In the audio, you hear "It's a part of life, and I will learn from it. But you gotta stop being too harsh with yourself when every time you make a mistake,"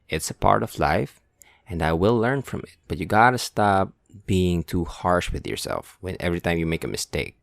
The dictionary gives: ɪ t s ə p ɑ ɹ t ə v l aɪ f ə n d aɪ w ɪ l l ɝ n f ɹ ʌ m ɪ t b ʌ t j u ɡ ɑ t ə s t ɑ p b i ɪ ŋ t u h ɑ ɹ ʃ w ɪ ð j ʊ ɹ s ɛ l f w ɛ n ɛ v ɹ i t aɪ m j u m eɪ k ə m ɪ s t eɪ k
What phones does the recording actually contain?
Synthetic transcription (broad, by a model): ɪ t s ə p ɑ ɹ t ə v l aɪ f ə n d aɪ w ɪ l l ɝ n f ɹ ʌ m ɪ t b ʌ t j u ɡ ɑ t ə s t ɑ p b i ɪ ŋ t u h ɑ ɹ ʃ w ɪ ð j ʊ ɹ s ɛ l f w ɛ n ɛ v ɹ i t aɪ m j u m eɪ k ə m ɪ s t eɪ k